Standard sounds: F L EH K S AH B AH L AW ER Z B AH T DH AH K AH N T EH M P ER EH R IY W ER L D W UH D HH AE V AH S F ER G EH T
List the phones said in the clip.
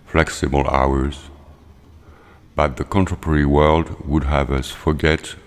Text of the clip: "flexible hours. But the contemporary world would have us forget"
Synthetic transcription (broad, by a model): F L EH K S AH B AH L AW ER Z B AH T DH AH K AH N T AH P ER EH R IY W ER L D W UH D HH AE V AH S F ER G EH T